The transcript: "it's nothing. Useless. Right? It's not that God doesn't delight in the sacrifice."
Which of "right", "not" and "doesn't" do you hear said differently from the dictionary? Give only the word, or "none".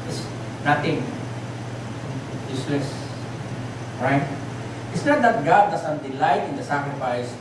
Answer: doesn't